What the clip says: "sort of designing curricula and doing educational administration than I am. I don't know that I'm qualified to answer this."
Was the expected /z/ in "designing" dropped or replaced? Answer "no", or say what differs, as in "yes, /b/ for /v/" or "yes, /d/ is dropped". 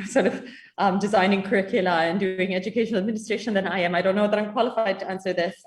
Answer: no